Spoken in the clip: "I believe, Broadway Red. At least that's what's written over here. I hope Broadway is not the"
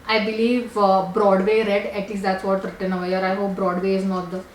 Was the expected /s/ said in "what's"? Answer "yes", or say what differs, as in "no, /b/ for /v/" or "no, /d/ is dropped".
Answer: no, /s/ is dropped